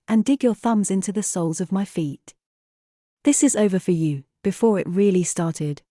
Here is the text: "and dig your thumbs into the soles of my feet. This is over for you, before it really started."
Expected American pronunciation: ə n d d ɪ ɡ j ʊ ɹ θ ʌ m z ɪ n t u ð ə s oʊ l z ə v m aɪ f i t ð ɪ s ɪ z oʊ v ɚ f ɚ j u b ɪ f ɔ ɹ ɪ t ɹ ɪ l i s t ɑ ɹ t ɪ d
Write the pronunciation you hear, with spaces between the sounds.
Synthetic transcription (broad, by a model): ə n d d ɪ ɡ j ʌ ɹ θ ʌ m z ɪ n t u ð ə s oʊ l z ə v m aɪ f i t ð ɪ s ɪ z oʊ v ɚ f ɚ j u b ɪ f ɔ ɹ ɪ t ɹ ɪ l i s t ɑ ɹ t ɪ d